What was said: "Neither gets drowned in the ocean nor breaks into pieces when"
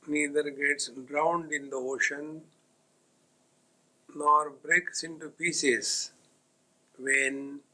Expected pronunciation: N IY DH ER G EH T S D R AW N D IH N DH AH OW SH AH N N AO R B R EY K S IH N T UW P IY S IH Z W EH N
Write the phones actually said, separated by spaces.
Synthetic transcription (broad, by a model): N IY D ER G EH T S D R AW N D IH N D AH OW SH AH N N AO R B R EY K S IH N T UW P IY S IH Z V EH N